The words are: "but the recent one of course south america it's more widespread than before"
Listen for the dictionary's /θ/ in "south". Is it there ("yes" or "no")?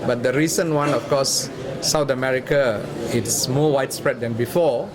no